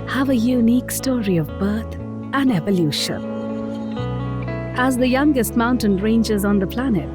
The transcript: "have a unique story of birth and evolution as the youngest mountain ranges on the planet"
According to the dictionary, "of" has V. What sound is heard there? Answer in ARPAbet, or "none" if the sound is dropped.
V